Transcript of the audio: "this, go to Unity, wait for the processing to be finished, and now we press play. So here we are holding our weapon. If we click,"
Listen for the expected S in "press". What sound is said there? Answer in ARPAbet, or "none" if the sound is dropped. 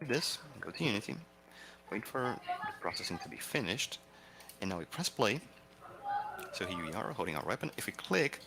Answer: S